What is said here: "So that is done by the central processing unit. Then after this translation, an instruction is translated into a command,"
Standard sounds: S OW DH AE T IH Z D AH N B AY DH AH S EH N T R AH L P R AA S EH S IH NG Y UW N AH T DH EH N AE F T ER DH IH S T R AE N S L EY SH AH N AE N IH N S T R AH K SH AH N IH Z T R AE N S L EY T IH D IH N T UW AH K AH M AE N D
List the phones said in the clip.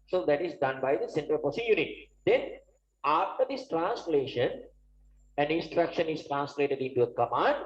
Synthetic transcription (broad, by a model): S OW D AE T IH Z D AH N B AY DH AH S EH N T R AH L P AA S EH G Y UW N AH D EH N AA F T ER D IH S T R AE N S L EY SH AH N AE N IH N S T R AH K SH AH N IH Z T R AE N S L EY T IH D IH N T UW AH K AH M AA N D